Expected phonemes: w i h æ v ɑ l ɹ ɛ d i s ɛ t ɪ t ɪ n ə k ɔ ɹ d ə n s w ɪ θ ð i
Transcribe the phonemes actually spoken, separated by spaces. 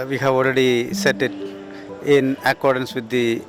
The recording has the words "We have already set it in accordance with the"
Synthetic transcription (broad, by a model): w i h æ v ɑ l ɹ ɛ d i s ɛ t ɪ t ɪ n ə k ɔ ɹ d ə n s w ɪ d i